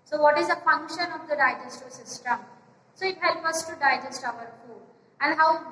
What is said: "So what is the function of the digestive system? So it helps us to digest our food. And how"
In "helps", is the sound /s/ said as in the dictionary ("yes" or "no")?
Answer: no